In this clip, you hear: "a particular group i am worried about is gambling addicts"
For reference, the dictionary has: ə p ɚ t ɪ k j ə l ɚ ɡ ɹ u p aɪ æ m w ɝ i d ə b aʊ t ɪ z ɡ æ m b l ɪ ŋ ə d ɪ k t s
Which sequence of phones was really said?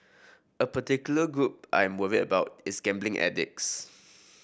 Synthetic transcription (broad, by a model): ə p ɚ t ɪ k j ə l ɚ ɡ ɹ u p aɪ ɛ m w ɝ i ə b aʊ t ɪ s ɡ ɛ m b l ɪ ŋ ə d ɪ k s